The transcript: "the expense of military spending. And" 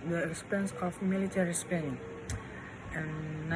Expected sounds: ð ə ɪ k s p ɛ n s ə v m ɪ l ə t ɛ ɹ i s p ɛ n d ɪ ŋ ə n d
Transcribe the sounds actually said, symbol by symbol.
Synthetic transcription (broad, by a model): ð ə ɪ s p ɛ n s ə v m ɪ l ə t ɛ ɹ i s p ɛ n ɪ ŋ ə n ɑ